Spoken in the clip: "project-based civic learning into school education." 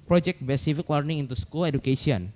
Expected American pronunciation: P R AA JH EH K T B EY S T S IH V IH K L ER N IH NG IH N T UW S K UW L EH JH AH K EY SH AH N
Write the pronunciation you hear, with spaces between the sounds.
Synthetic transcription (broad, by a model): P R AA JH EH K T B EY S S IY F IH K L ER N IH NG IH N T UW S K UW L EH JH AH K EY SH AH N